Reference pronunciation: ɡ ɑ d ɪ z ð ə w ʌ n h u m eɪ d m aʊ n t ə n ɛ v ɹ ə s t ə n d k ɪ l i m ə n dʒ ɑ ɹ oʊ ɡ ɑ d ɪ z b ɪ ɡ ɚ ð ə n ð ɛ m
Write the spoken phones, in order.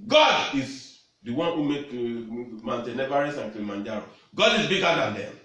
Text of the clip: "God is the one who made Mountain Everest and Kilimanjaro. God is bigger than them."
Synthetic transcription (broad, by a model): ɡ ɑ d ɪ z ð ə w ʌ n h u m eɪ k m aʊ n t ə n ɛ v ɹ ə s ə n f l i m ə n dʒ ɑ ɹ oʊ ɡ ɑ d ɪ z b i ɡ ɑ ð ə n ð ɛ m